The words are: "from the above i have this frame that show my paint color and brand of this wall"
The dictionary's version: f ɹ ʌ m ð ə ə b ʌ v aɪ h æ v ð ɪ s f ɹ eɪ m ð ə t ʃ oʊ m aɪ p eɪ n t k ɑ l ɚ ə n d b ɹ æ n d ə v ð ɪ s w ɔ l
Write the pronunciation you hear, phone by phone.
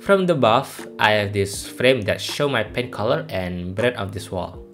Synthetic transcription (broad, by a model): f ɹ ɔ m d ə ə b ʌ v aɪ h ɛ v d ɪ s f ɹ eɪ m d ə t ʃ oʊ m aɪ p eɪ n k ɑ l ɚ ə n b ɹ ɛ d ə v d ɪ s w ɔ l